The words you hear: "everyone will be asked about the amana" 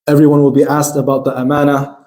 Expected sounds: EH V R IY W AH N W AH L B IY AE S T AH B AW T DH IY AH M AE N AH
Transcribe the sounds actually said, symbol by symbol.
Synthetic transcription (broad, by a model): EH V R IY W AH N W AH L B IY AE S T AH B AW T DH IY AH M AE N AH